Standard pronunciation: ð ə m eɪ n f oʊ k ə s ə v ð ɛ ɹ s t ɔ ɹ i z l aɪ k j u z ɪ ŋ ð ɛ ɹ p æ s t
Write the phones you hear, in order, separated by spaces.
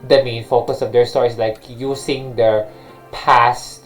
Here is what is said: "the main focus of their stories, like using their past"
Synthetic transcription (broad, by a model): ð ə m eɪ n f oʊ k ə s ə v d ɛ ɹ s t ɔ ɹ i s l aɪ k j u s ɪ ŋ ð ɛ ɹ p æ s t